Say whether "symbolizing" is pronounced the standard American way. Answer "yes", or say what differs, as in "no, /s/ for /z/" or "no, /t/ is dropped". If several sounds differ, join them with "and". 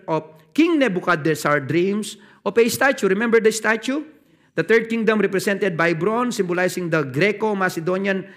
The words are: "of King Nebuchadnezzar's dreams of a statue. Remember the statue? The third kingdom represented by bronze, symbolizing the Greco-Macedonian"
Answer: no, /s/ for /z/